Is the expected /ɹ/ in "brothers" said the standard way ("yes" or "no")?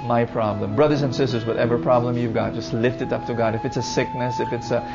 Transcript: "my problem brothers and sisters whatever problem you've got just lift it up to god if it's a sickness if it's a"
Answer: yes